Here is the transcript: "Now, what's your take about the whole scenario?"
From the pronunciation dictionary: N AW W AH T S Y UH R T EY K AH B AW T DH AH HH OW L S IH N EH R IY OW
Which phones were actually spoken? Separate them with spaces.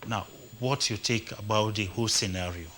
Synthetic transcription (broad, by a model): N AW W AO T Y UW T EY K AH B AW T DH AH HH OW S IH N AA R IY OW